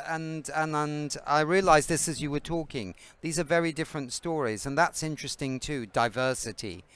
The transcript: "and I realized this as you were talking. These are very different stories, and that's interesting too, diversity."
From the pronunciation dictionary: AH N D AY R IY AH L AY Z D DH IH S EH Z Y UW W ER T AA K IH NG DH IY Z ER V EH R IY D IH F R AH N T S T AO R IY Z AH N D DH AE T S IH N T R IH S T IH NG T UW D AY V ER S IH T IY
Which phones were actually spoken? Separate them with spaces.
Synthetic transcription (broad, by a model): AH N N AY R IY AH L AY Z DH IH S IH Z Y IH W ER T AA K IH NG DH IY Z ER V EH R IY D IH F R AH N T S T AO R IY Z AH N DH AE T S IH N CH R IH S T IH NG T UW D AY V ER S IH T IY